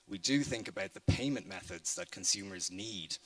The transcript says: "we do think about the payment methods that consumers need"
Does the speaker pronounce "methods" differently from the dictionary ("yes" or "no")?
no